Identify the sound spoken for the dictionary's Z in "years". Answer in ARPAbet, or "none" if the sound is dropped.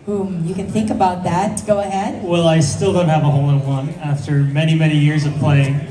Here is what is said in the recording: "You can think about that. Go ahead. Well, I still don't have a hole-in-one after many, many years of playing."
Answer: Z